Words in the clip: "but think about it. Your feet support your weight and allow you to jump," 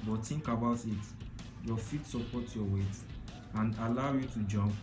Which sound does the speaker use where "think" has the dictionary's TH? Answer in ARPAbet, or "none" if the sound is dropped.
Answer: T